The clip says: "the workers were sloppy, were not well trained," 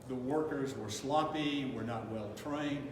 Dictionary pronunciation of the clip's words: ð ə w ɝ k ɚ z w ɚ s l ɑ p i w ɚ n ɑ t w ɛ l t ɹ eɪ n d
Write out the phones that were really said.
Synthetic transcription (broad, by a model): ð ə w ɝ k ɚ z w ɚ s l ɑ p i w ɚ n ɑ t w ɛ l t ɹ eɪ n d